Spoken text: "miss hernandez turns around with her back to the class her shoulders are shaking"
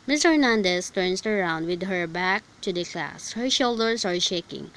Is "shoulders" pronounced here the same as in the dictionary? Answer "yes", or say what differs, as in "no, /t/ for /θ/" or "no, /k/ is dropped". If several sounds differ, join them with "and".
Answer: no, /s/ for /z/